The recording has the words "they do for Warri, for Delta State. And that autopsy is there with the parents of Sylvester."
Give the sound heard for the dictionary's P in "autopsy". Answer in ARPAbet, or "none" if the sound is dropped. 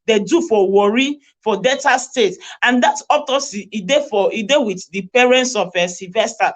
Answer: none